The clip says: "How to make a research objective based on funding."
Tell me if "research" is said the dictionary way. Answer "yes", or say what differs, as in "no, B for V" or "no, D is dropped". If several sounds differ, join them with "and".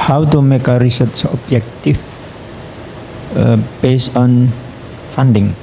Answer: no, S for CH